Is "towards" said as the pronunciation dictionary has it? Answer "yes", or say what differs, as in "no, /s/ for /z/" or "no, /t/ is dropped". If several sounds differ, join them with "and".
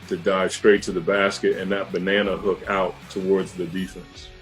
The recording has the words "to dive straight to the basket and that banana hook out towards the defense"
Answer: yes